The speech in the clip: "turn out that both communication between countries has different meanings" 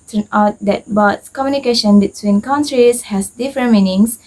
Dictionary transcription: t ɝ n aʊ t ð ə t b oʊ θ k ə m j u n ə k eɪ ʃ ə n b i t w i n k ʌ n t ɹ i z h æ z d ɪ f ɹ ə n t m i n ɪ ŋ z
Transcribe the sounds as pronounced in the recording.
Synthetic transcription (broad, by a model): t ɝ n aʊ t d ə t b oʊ s k ə m j u n ə k eɪ ʃ ə n b i t w i n k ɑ n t ɹ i s h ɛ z d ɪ f ɹ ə n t m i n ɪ ŋ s